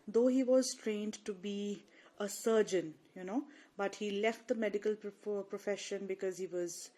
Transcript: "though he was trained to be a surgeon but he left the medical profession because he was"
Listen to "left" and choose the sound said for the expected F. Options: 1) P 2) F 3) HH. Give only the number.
2